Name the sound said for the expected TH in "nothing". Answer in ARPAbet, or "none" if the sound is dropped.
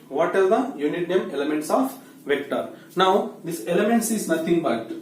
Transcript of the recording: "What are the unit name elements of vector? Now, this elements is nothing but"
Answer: T